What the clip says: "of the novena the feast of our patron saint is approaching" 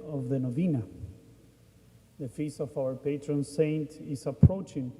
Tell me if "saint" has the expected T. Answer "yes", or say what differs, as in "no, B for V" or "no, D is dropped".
yes